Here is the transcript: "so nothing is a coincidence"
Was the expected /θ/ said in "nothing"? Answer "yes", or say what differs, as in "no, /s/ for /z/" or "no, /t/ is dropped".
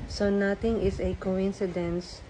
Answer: no, /t/ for /θ/